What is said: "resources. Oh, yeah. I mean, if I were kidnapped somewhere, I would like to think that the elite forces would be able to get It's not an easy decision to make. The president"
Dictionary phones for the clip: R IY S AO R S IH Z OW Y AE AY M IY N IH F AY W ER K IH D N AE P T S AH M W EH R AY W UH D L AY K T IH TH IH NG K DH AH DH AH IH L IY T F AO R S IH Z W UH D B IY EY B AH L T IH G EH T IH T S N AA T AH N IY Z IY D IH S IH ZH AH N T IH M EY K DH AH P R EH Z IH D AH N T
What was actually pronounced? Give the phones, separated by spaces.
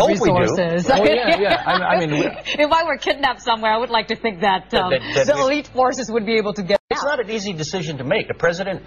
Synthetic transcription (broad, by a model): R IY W AO R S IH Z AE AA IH AY M IY N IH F AY W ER K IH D N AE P S AH M W EH R AY W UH D L AY K T IH TH IH NG K DH AH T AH IH L IY T F AO R S IH Z W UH D B IY EY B L T IH G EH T IH T S N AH T AH N IY Z IY D IH S IH ZH AH N T IH M EY K DH AH P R EH Z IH D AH N T